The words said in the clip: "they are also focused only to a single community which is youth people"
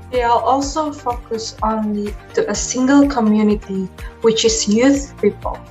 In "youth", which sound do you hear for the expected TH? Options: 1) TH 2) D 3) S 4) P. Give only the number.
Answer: 1